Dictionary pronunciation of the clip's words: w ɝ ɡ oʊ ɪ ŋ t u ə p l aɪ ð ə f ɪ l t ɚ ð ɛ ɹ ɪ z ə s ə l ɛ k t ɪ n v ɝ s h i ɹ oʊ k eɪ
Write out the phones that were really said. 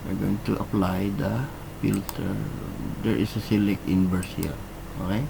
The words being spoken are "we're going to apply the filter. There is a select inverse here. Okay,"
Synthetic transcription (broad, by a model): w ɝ ɡ oʊ ɪ ŋ t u ə p l aɪ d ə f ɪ l t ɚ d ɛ ɹ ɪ s ə s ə l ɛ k ɪ n b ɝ s h i ɹ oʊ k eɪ